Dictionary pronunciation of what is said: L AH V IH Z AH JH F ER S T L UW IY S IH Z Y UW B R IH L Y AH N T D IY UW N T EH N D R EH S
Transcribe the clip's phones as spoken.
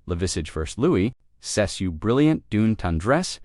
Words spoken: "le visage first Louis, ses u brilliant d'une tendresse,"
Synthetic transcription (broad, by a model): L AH V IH S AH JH F ER S T L UW IY S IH S Y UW B R IH L Y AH N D UW N T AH N D R EH S